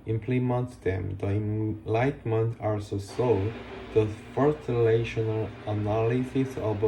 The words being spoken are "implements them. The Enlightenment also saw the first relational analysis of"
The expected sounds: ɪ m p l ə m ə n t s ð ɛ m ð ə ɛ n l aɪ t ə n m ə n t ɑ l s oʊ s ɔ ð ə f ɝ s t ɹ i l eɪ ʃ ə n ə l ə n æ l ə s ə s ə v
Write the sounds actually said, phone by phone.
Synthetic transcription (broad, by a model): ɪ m p l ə m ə n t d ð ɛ m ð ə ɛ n l aɪ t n m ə n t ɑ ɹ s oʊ s ɔ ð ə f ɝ t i l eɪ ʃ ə n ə l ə n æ l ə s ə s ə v